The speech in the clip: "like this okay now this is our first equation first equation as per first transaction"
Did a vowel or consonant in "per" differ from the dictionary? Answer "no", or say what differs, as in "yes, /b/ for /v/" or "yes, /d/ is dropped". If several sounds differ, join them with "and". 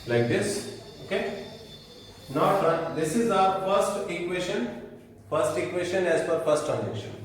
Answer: yes, /f/ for /p/